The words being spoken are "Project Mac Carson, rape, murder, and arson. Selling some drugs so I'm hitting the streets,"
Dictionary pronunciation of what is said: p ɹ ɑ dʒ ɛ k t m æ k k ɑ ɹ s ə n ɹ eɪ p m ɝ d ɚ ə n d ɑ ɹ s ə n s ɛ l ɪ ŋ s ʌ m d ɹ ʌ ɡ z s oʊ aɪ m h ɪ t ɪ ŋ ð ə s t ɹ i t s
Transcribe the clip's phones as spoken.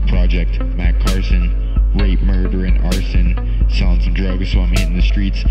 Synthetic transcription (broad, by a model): p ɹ ɑ dʒ ɛ k t m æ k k ɑ ɹ s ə n ɹ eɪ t m ɝ d ɚ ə n ɑ ɹ s ə n s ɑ ɪ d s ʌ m d ɹ ʌ ɡ z s oʊ aɪ m h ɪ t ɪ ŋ ð ə s t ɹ i t s